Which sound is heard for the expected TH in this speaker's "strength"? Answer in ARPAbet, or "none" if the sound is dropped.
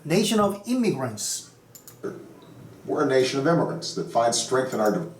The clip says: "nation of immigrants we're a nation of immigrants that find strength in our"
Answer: TH